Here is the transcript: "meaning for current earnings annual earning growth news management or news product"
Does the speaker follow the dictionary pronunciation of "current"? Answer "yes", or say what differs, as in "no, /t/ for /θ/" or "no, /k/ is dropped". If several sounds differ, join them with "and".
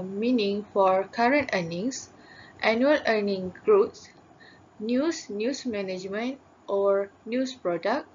yes